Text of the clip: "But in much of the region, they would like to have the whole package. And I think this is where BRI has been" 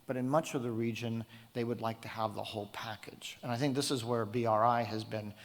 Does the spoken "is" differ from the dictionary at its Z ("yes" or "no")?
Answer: no